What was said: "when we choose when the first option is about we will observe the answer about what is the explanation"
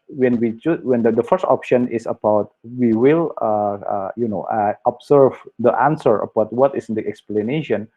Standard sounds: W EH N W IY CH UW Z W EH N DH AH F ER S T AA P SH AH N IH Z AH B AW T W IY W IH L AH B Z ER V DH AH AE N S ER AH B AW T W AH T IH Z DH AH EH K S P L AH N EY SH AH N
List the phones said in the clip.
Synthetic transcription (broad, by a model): W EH N W IY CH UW W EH N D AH F ER S T AA P SH AH N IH S AH B AW T W IY W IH L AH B S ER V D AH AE N S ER AH B AW T W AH T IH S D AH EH K S P L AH N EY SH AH N